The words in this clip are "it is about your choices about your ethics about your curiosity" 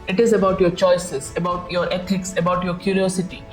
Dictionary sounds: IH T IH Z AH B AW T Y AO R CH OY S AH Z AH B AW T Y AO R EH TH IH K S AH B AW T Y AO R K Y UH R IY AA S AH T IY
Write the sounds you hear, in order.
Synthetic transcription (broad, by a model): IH T IH Z AH B AW T Y AO R CH OY S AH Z AH B AW T Y AO R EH T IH K S AH B AW T Y AO R K Y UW R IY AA S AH T IY